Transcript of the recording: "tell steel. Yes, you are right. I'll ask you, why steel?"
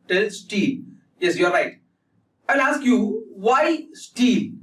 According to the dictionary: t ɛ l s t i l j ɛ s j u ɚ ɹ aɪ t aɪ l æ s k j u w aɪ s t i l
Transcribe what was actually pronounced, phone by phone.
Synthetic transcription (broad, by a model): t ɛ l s t i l j ɛ s j u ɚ ɹ aɪ t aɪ n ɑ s k j u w aɪ s t i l